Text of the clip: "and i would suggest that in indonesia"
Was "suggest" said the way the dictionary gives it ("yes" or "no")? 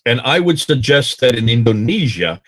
yes